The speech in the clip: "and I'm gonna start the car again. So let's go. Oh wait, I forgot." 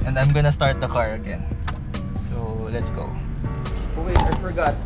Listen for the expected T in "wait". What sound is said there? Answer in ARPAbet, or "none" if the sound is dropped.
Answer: none